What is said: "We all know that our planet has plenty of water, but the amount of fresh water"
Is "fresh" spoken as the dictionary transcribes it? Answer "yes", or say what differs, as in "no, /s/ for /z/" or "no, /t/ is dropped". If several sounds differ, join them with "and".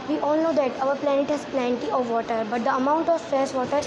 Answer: no, /ɹ/ is dropped